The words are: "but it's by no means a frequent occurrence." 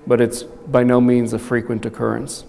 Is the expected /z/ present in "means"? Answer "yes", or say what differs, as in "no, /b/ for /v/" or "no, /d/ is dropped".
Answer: yes